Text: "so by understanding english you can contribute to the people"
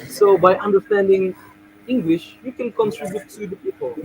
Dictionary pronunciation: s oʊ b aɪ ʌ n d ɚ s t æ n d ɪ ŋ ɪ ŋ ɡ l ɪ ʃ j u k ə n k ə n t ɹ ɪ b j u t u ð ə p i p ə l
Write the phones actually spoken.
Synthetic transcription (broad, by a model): s oʊ b aɪ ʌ n d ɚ s t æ n d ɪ ŋ ɪ ŋ ɡ l ɪ ʃ j u k ə n k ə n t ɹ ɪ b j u t u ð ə p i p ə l